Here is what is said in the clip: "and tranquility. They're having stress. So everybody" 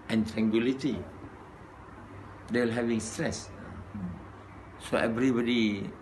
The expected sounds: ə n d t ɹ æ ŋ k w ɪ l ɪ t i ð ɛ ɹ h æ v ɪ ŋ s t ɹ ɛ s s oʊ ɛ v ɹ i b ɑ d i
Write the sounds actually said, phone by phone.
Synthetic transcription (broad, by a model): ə n t ɹ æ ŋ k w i l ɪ t i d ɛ l h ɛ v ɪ ŋ s t ɹ ɛ s s oʊ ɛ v ɹ i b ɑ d i